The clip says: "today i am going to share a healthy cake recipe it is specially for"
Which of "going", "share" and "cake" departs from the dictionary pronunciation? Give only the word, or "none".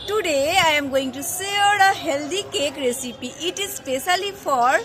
share